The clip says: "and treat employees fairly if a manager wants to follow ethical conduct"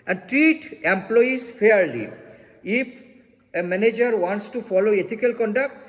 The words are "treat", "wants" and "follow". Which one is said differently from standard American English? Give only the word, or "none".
none